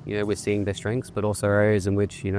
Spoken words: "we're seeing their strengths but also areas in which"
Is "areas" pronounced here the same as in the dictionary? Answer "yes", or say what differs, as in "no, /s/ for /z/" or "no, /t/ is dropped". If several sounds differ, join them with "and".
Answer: yes